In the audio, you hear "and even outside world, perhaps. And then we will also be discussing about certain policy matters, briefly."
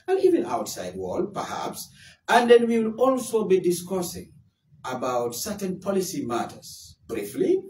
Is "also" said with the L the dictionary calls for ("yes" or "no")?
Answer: yes